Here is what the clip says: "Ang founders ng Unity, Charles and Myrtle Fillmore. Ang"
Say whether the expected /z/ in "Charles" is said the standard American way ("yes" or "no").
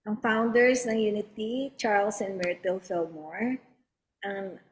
no